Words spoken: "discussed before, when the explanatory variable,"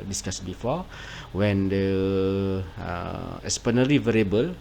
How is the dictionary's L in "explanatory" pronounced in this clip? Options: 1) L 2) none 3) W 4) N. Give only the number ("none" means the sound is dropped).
2